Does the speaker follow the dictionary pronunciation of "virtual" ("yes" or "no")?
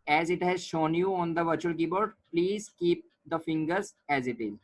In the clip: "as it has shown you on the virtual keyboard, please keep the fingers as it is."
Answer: yes